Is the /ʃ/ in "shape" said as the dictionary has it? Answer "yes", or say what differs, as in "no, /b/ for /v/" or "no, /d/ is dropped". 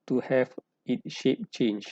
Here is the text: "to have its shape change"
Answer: yes